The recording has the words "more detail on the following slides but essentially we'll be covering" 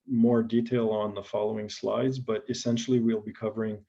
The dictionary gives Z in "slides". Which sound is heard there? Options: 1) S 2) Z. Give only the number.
2